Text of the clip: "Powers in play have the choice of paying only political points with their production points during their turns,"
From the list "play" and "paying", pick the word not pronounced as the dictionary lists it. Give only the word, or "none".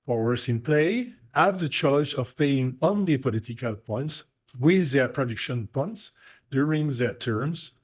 none